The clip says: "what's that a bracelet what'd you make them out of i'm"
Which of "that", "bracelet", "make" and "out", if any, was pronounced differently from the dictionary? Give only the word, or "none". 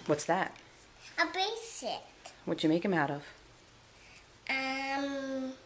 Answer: bracelet